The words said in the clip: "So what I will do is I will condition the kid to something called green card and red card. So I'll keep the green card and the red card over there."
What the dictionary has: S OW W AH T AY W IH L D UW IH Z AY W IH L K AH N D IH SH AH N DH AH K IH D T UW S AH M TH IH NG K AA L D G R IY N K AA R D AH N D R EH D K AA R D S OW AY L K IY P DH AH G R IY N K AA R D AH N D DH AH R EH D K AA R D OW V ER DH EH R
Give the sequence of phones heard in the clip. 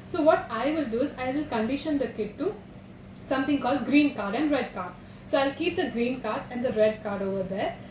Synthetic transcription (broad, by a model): S OW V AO T AY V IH L D UW IH Z AY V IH L K AH N D IH SH AH N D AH K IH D T UW S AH M T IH NG K AA L D G R IY N K AA R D AH N D R EH D K AA R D S OW AY L K IY P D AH G R IY N K AA R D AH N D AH R EH D K AA R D OW V ER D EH R